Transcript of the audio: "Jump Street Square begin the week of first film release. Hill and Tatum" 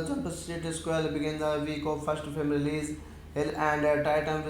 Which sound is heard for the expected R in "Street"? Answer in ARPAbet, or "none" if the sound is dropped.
none